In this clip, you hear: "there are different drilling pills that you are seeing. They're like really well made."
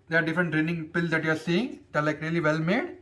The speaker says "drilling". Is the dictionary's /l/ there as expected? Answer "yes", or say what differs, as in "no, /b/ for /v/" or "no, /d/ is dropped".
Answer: no, /n/ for /l/